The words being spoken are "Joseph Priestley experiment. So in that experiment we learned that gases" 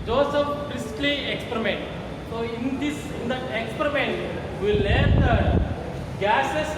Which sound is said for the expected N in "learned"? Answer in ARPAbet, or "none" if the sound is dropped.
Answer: none